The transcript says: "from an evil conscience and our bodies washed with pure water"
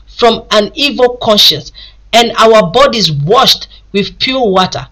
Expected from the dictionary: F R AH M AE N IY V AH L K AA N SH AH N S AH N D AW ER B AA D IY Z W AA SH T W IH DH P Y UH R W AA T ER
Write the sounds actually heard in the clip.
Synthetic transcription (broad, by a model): F R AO M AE N IY V AH L K AA N SH AH N S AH N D AW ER B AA D IY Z W AA SH T W IH DH P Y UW L W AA T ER